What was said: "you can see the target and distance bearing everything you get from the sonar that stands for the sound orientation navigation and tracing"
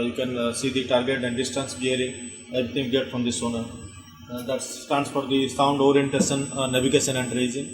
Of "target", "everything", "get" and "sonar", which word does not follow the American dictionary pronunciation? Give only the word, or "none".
everything